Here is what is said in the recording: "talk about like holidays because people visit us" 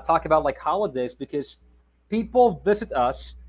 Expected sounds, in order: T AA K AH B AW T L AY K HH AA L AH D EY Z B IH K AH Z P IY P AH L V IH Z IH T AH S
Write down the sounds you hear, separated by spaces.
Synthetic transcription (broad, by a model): T AA K AH B AW T L AY K HH AA L AH D EY Z B IH K AH Z P IY P L V IH Z IH T AH S